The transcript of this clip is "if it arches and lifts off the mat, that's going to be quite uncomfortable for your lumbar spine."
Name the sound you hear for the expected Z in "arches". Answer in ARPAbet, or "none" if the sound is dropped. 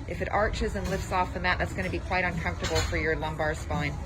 Z